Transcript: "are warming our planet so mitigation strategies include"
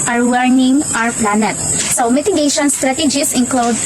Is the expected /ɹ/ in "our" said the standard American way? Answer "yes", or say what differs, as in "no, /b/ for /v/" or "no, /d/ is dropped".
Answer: yes